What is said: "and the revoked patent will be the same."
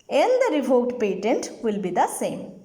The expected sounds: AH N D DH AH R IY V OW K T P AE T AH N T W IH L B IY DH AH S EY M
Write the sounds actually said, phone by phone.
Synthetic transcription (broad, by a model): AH N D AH R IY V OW T P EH T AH N T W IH L B IY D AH S EY M